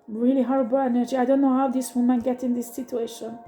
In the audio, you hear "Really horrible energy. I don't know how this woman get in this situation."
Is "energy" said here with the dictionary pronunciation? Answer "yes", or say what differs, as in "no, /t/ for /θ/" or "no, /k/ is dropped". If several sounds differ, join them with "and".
yes